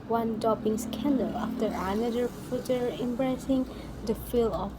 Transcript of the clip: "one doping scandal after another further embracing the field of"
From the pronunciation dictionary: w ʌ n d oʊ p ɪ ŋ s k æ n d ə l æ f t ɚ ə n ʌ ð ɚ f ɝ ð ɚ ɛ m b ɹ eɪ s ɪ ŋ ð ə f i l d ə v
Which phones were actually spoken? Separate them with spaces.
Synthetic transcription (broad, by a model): w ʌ n d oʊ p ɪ ŋ s k æ n d ə l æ f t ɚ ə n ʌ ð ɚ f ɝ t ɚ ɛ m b ɹ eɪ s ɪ ŋ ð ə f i l ə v